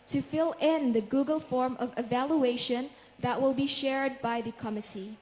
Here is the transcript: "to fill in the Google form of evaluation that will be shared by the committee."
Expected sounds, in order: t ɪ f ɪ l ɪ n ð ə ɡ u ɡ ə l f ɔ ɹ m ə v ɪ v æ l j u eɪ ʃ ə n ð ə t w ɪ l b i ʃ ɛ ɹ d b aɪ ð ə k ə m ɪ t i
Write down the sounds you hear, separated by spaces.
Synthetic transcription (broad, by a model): t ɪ f ɪ l ɪ n ð ə ɡ u ɡ ə l f ɔ ɹ m ə v ɪ v æ l j u eɪ ʃ ə n ð ə t w ɪ l b i ʃ ɛ ɹ d b aɪ ð ə k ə m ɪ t i